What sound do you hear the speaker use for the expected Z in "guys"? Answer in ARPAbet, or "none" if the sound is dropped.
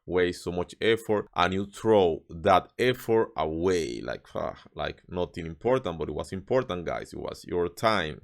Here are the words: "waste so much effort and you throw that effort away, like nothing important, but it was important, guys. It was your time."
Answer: S